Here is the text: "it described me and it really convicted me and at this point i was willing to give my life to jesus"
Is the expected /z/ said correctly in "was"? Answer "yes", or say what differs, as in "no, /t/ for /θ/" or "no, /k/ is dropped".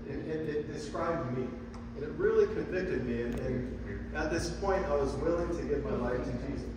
yes